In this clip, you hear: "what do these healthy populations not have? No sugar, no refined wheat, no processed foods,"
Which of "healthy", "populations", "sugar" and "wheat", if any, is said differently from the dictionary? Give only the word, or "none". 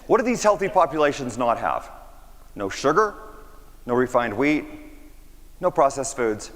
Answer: none